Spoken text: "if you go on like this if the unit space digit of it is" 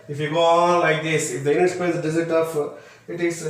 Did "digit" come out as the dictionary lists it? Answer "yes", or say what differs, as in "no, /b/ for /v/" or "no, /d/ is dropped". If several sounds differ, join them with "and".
no, /z/ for /dʒ/